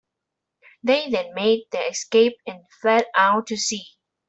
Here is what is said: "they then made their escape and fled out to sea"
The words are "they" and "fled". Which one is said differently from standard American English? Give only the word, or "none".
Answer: fled